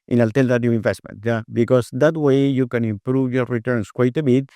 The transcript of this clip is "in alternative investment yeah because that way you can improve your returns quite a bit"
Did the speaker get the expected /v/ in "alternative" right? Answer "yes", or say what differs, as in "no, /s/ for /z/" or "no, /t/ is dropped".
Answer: no, /v/ is dropped